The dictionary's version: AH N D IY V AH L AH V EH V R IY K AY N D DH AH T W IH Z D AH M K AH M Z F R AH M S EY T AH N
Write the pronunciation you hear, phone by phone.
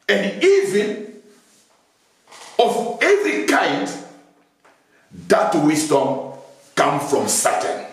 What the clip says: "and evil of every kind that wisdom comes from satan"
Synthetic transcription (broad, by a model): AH N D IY V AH N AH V EH V R IY K AY N D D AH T W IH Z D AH M K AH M F R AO M S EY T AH N